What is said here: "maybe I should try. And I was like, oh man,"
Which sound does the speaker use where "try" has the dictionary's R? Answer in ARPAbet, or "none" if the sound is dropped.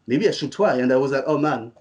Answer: W